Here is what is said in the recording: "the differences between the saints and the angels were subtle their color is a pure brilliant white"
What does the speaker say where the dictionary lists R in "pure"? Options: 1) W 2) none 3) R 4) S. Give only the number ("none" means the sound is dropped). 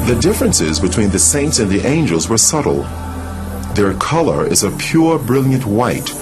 3